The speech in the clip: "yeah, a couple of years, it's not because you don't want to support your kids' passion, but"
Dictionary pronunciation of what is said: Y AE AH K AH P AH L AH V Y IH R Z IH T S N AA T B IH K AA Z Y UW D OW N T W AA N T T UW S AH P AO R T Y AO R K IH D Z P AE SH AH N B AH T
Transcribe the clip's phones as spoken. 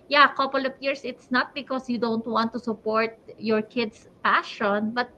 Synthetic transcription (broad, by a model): Y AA AH K AH P AH L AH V Y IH R S IH T S N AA T B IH K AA S Y UW D OW N T W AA N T T UW S AH P AO R T Y AO R K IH D S P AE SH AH N B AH T